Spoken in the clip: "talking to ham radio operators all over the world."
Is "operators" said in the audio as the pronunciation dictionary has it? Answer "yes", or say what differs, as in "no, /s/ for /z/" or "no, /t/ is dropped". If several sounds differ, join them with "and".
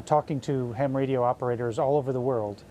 yes